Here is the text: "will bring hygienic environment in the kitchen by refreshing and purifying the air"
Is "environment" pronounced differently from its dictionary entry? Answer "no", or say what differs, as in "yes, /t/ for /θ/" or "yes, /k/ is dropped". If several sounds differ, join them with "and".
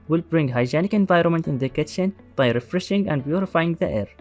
no